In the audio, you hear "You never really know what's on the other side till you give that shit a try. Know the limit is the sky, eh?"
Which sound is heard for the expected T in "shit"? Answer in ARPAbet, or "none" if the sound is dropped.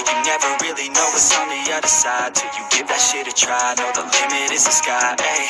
T